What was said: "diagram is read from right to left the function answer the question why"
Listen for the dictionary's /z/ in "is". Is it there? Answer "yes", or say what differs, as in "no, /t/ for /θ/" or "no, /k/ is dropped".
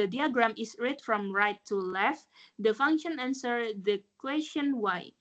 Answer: no, /s/ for /z/